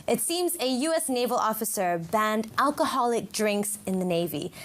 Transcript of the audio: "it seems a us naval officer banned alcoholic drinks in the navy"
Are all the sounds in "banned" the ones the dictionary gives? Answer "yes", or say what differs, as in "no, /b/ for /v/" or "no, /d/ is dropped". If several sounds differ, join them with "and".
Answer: yes